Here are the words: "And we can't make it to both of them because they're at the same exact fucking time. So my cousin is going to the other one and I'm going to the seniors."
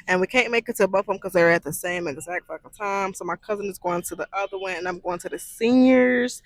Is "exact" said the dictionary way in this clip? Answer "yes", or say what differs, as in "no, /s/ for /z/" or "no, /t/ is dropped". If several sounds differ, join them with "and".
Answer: yes